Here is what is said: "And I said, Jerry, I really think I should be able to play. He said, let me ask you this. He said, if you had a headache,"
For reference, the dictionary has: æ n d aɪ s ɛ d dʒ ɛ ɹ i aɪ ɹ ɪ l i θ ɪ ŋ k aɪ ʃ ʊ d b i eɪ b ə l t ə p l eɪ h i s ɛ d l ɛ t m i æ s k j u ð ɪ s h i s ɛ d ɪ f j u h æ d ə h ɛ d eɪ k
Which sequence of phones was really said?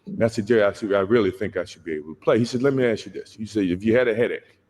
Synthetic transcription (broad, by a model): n aɪ s ɛ d dʒ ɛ ɹ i aɪ ɹ ɪ l i θ ɪ ŋ k aɪ ʃ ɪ d b i eɪ b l t ə p l eɪ h i s ɛ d l ɛ t m i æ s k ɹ ð ɪ s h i s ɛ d ɪ f j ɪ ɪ d ə h ɛ d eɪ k